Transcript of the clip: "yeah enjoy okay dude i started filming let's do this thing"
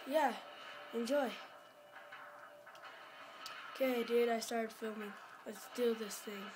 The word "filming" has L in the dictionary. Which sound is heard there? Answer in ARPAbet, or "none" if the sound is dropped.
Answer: L